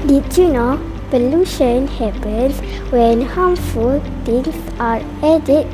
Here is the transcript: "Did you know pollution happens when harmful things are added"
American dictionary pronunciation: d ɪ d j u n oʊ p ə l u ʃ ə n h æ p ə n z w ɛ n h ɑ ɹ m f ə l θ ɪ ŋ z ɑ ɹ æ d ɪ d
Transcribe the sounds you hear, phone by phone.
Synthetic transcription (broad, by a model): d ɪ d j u n oʊ p ə l u ʃ ə n h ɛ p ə n s w ɛ n h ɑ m f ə l t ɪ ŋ s ɑ ɹ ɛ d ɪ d